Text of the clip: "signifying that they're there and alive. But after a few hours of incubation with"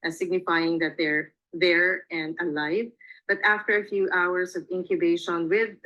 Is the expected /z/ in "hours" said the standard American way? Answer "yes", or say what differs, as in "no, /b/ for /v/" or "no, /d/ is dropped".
no, /s/ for /z/